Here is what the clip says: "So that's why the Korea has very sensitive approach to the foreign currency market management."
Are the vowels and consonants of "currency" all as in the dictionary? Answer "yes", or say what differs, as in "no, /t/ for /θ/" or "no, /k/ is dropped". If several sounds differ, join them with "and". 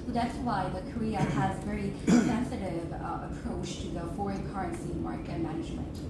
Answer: yes